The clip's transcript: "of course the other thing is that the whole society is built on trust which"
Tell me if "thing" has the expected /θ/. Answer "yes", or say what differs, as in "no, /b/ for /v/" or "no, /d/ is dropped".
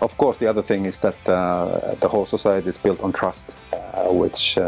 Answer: yes